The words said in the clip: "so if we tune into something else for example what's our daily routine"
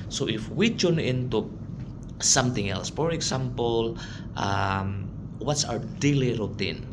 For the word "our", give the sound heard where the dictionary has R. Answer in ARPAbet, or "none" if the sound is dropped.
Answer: W